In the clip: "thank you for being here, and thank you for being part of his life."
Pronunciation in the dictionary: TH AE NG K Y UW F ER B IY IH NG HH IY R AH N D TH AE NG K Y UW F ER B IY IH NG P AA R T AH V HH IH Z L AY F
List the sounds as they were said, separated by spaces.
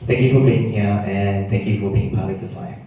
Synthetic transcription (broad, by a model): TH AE NG K Y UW F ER B IY IH NG HH IY R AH N TH AE NG K Y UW F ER B IY IH NG P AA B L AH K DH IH S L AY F